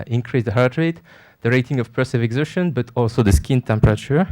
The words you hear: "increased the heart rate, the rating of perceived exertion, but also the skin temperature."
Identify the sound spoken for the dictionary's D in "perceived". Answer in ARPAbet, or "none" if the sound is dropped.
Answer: none